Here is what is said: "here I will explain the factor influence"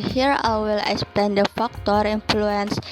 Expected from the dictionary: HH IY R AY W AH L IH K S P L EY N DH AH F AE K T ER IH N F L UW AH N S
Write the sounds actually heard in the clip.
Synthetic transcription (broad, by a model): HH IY R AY W AH L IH K S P EY N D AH F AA K T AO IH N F L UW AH N S